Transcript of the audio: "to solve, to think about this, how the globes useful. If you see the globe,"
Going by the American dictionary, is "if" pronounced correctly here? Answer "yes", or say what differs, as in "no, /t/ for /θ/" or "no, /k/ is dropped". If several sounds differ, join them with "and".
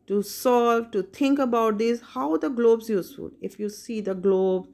yes